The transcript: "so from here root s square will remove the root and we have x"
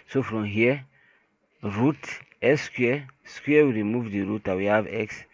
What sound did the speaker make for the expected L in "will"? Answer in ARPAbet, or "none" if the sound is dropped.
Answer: W